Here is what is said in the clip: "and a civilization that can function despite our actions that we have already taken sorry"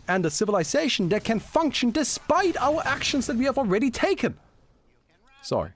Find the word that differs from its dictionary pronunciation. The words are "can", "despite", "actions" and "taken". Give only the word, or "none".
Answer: none